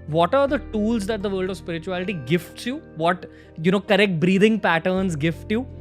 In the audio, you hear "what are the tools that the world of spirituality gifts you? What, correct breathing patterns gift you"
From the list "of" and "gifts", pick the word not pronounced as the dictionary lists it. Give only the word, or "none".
none